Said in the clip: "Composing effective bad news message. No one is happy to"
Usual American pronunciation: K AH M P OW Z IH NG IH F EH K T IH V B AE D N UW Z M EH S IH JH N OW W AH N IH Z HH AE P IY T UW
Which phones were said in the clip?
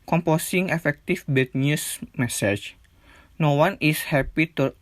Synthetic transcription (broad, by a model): K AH M P OW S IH NG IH F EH K T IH F B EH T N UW S M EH S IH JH N OW W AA N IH S HH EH P IY T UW